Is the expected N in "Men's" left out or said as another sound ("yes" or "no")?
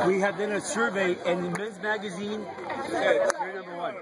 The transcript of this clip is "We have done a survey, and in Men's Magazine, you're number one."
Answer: yes